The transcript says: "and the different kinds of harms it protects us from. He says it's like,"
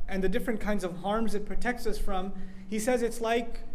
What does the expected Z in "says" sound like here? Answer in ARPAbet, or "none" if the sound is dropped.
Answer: Z